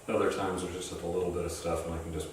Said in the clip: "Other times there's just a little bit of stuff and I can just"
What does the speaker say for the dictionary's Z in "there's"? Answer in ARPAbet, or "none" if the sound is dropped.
none